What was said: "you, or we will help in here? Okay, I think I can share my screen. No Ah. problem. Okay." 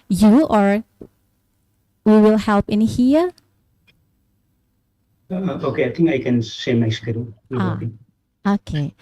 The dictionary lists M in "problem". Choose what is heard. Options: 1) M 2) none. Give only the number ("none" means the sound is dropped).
2